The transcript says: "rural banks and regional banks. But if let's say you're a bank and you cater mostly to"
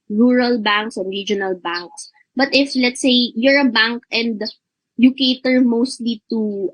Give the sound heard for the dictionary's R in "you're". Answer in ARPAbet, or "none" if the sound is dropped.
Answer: R